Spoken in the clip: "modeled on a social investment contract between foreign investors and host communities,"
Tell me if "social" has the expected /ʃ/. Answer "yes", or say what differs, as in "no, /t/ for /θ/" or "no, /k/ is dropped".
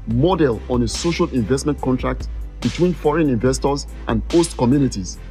yes